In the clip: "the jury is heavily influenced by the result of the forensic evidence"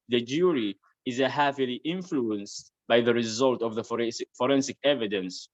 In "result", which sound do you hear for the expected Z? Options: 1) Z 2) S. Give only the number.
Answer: 1